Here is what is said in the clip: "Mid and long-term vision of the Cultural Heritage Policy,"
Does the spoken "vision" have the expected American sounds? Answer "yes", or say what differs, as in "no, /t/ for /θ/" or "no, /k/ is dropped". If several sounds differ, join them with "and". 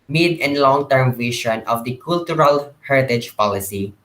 no, /ʃ/ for /ʒ/